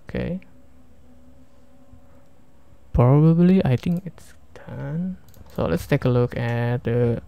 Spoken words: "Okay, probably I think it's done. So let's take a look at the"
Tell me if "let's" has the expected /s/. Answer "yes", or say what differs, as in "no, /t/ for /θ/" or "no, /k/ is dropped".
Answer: yes